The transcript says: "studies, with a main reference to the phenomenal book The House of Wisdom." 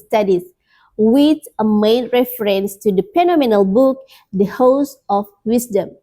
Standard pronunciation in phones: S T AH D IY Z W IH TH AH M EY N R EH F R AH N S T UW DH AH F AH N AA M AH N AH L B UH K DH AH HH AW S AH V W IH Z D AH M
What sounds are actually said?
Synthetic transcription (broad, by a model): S T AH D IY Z W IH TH AH M EY N R EH F R AH N S T UW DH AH P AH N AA M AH N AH L B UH K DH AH HH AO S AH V W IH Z D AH M